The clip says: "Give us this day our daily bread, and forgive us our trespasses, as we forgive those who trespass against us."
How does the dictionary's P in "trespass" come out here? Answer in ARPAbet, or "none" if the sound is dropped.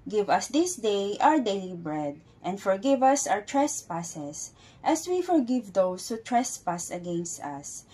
P